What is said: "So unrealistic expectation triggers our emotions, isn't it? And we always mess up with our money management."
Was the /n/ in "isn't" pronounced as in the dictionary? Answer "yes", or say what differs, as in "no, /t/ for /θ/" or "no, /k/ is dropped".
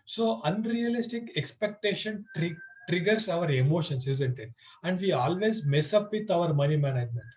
yes